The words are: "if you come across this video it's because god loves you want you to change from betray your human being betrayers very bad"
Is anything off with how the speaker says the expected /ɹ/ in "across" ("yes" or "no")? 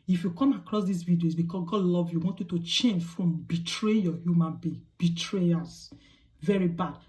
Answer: no